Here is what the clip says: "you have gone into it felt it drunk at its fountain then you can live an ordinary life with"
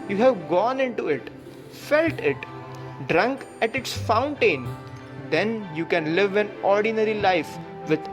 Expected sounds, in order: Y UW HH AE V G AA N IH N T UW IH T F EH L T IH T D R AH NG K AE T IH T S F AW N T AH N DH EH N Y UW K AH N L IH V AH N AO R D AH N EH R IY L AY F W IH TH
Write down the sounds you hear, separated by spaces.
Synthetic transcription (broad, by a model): Y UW HH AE V G AA N IH N T UW IH T F EH L T IH T D R AH NG K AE T IH T S F AW N T AH N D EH N Y UW K AH N L IH V AH N AO R D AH N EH R IY L AY F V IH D